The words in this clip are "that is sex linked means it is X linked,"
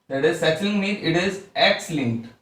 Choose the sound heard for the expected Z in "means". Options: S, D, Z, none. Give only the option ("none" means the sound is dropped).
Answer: none